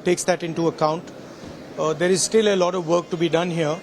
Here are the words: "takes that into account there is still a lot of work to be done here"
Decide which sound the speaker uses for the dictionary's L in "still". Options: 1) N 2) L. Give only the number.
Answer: 2